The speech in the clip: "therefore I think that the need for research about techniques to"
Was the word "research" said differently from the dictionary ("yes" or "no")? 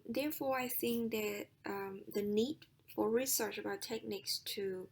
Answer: no